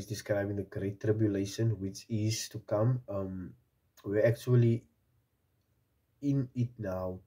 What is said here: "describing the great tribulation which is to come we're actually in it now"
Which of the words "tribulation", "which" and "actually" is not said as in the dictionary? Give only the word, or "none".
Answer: none